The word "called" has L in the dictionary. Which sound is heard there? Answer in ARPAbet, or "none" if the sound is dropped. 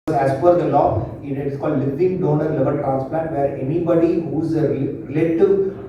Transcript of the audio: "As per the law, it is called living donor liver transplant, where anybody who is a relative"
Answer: L